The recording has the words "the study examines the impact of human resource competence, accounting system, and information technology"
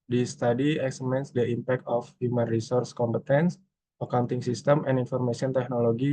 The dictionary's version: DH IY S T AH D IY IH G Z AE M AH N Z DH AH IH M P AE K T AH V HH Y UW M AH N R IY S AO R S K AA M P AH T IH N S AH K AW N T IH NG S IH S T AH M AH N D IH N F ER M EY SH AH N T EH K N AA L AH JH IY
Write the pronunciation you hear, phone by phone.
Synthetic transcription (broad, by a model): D IY S T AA D IY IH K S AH M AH N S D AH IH M P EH K T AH F HH Y UW M AH N R IY S AO R S K AA M P AH T IH N S AH K AW N T IH NG S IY S T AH M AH N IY N F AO M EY S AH N T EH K N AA L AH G IY